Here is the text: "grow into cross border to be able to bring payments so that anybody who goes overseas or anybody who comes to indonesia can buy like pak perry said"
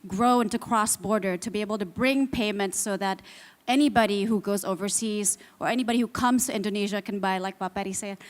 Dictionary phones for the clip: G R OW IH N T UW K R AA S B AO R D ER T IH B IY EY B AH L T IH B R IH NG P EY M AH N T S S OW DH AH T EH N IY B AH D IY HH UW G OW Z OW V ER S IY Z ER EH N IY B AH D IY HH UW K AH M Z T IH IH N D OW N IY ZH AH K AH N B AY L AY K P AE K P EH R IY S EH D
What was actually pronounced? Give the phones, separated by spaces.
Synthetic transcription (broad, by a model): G R OW IH N T UW K R AA S B AO R D ER T IH B IY EY B L T IH B R IH NG P EY M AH N T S S OW DH AH T EH N IY B AH D IY HH UW G OW Z OW V ER S IY Z ER EH N IY B AH D IY HH UW K AH M Z T IH IH N D OW N IY ZH AH K AH N B AY L AY K B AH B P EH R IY S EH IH